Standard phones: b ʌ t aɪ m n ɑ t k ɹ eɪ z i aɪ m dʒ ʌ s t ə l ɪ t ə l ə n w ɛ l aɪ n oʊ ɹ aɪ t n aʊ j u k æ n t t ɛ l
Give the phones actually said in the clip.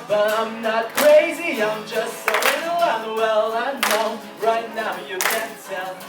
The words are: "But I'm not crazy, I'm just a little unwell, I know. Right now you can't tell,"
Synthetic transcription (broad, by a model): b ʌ t aɪ m n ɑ t k ɹ eɪ z i aɪ m dʒ ʌ s t ə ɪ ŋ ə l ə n w ɛ l aɪ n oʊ ɹ aɪ t n aʊ j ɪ k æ n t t ɛ l